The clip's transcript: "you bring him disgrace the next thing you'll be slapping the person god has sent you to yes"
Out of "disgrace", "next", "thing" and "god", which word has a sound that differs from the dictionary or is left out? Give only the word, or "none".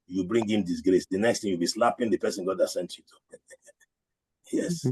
thing